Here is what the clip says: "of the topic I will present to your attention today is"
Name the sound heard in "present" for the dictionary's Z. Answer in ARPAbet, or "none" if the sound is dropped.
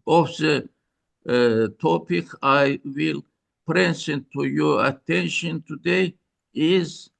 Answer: S